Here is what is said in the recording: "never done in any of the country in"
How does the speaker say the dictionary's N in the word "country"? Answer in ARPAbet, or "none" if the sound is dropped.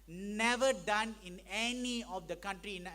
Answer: N